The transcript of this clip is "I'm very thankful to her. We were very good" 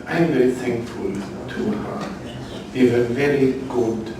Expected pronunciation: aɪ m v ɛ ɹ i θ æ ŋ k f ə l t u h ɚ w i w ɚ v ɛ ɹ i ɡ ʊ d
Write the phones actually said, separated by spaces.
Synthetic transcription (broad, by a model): aɪ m v ɛ ɹ i θ æ ŋ k f ə l t u h ɚ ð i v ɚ v ɛ ɹ i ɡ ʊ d